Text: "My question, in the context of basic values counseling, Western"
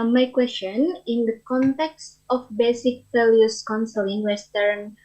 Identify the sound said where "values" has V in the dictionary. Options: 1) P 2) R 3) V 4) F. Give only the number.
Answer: 4